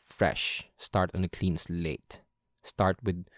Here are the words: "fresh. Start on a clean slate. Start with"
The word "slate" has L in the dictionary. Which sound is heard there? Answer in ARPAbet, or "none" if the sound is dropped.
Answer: L